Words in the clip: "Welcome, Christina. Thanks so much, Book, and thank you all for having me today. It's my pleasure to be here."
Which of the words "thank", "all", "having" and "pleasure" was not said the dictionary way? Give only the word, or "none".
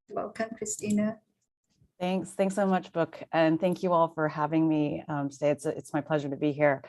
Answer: none